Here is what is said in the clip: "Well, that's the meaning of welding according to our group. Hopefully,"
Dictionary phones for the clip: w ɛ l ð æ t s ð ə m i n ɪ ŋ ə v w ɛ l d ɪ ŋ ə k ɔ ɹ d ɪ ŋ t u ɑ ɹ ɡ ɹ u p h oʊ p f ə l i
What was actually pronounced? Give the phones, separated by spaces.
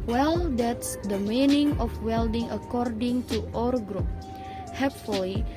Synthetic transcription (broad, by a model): w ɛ l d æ t s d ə m i n ɪ ŋ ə f w ɛ l d ɪ ŋ ə k ɔ ɹ d ɪ ŋ t u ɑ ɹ ɡ ɹ u p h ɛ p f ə l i